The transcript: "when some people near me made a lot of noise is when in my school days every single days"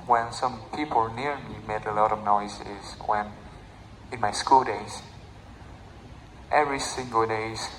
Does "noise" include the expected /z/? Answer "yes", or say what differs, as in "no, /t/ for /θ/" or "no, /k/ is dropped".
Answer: no, /s/ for /z/